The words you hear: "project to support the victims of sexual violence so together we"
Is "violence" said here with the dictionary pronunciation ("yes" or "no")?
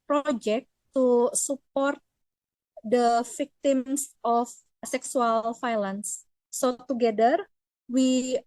no